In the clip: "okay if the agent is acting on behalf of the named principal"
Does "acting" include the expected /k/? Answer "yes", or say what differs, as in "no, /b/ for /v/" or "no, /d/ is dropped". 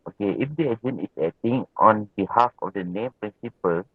no, /k/ is dropped